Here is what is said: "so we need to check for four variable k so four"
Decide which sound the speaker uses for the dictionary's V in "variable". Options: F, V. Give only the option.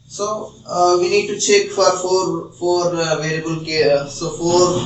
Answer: F